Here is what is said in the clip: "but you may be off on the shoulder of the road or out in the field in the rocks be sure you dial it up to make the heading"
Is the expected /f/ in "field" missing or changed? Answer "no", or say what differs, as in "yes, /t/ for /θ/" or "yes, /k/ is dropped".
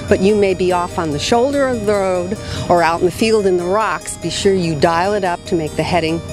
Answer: no